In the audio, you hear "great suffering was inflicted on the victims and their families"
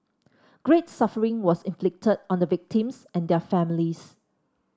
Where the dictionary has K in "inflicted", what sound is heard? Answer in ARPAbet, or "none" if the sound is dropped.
K